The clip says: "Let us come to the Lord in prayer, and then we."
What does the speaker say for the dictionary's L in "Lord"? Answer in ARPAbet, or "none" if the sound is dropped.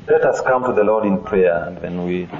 L